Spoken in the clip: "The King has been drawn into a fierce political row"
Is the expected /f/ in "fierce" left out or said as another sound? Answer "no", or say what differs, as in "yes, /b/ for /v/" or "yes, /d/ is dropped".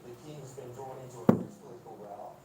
yes, /p/ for /f/